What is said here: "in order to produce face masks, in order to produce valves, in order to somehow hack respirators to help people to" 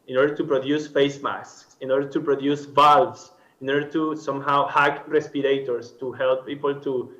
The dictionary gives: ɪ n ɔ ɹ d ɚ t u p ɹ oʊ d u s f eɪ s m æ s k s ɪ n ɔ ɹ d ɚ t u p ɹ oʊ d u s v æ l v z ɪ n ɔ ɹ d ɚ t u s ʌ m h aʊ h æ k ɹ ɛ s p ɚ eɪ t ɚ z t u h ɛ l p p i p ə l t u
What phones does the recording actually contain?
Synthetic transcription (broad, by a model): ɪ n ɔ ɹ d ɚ t u p ɹ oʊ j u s f eɪ s m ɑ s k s ɪ n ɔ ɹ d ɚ t u p ɹ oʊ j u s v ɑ l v s ɪ n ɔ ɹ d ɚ t u s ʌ m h aʊ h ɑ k ɹ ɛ s p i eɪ t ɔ s t u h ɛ l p p i p ə l t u